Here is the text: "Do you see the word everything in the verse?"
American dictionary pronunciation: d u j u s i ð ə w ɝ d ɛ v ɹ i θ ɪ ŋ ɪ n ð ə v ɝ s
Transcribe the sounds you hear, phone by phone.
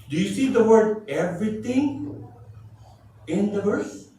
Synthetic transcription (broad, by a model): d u j u s i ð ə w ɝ d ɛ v ɹ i t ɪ ŋ ɪ n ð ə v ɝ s